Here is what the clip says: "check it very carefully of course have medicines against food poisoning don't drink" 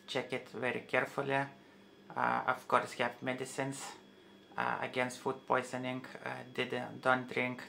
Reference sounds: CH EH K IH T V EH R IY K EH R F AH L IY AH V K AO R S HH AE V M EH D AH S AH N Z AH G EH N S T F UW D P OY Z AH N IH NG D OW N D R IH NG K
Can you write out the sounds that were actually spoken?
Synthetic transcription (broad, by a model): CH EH K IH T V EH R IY K EH R F AH L IY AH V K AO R S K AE P M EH D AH S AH N S AH G EH N S T F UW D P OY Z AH N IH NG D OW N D R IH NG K